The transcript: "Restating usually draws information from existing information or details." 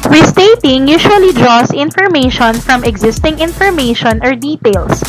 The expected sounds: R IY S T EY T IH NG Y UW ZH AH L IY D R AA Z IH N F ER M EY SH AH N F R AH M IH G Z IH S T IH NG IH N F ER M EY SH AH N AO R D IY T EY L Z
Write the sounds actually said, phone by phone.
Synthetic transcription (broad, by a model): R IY S T EY T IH NG Y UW SH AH L IY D R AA S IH N F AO M EY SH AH N F R AH M IH G Z IH S T IH NG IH N F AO M EY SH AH N AO R D IY T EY L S